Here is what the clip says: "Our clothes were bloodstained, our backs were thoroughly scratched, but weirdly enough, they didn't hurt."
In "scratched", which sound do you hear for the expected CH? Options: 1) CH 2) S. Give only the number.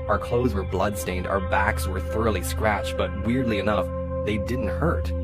1